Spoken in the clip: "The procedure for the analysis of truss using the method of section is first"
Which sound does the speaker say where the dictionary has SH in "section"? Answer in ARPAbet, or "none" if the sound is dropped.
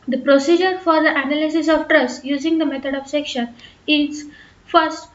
SH